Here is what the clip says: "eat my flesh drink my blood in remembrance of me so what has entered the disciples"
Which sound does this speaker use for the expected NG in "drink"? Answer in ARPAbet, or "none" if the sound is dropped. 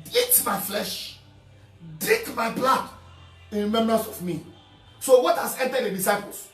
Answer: none